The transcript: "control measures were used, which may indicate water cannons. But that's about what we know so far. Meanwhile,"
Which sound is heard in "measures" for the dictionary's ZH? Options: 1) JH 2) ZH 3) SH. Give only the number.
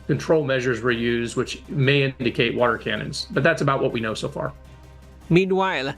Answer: 2